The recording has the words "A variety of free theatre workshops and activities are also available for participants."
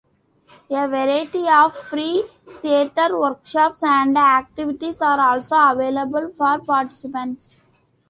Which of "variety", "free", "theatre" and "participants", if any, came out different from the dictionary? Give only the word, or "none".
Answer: theatre